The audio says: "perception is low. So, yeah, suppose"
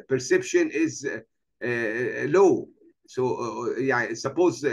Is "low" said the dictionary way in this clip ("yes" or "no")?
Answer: yes